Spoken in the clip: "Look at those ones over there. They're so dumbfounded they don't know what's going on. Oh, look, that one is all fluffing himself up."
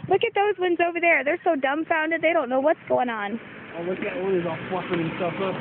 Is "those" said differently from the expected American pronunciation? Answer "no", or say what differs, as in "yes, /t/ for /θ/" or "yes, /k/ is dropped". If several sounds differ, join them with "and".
no